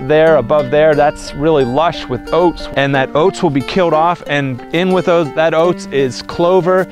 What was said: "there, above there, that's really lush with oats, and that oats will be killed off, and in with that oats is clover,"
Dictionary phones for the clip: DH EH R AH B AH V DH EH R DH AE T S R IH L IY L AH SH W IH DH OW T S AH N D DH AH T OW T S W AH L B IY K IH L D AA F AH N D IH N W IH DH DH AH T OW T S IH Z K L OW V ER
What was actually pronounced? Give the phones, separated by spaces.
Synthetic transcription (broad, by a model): DH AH R AH B AH V DH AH R DH AE T S R IH L IY L AH SH W IH DH OW T S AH N DH AH T OW T S W AH L B IY K IH L D AA F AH N IH N W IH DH DH AH T OW T S IH Z K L OW V ER